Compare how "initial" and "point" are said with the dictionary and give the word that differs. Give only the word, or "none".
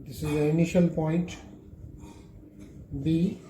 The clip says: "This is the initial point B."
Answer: none